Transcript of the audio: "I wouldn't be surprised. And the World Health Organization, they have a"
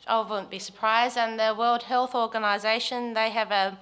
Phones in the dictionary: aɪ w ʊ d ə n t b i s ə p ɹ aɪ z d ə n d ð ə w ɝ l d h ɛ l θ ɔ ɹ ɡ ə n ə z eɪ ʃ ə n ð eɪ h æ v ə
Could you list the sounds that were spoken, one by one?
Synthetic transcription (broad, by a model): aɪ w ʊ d n b i s ə p ɹ aɪ z d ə n ð ə w ɝ l d h ɛ l θ ɔ ɹ ɡ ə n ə z eɪ ʃ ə n ð eɪ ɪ v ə